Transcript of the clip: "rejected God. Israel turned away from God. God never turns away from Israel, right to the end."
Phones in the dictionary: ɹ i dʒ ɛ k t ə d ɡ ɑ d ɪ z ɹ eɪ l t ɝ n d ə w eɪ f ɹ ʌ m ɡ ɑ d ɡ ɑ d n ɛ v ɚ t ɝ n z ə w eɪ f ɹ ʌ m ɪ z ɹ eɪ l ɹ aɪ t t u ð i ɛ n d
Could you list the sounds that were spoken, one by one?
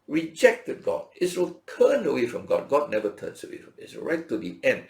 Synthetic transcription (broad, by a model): ɹ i dʒ ɛ k t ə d ɡ ɑ d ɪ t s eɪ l t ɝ n ə w eɪ f ɹ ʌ m ɡ ɑ d ɡ ɑ d n ɛ v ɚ t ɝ n s ə w eɪ f ɹ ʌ m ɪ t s ɹ aɪ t t u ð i ɛ n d